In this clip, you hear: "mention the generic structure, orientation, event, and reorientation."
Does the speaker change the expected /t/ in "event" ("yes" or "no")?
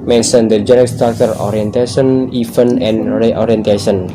yes